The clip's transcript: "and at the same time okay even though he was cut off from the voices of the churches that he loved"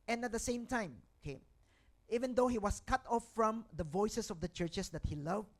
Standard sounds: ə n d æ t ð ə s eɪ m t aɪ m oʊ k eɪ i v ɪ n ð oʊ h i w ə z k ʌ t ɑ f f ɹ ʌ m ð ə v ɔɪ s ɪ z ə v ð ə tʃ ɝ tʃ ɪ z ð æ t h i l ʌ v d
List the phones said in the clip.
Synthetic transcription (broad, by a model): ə n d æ t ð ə s eɪ m t aɪ m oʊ k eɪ i v ɪ n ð oʊ h i w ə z k ʌ t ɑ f f ɹ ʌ m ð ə v ɔɪ s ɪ s ə v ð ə tʃ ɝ tʃ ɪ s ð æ t h i l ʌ v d